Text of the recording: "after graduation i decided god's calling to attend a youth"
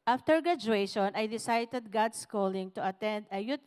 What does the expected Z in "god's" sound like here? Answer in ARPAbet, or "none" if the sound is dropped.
S